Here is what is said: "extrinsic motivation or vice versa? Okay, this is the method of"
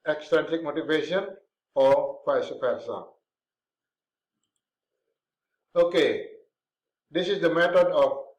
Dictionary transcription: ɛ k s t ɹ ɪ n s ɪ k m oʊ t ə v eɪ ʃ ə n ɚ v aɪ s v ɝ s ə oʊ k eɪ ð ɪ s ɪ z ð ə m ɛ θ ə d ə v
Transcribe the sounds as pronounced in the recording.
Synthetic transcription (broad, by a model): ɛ k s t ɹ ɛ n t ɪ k m oʊ t ə v eɪ ʃ ə n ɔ p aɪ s p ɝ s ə oʊ k eɪ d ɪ s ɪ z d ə m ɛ t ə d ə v